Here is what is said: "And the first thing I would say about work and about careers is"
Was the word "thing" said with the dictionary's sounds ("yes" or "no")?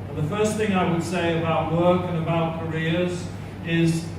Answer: yes